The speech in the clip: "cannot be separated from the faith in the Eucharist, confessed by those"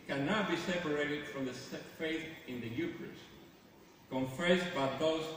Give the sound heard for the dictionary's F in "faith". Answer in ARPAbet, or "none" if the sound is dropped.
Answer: F